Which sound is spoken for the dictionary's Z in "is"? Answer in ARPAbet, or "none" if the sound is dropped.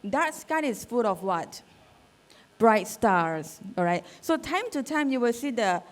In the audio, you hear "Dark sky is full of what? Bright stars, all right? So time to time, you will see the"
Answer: S